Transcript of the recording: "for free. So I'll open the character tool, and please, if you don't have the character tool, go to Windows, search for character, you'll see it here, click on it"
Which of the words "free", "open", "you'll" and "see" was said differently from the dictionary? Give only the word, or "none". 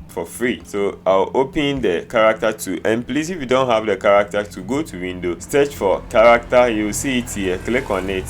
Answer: you'll